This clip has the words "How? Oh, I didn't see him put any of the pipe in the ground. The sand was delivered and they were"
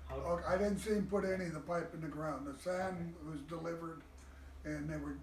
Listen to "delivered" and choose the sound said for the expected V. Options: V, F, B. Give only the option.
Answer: V